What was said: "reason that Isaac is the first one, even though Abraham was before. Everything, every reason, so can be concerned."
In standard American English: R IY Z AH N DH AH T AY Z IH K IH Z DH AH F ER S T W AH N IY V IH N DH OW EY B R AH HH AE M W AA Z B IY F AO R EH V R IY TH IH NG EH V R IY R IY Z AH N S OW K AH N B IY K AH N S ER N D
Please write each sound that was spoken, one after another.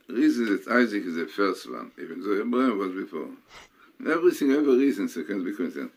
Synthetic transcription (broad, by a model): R IY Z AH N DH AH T AY Z IH K IH Z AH F ER S T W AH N IY V IH N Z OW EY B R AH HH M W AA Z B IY F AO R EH V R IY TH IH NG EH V IY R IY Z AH N S OW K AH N B IY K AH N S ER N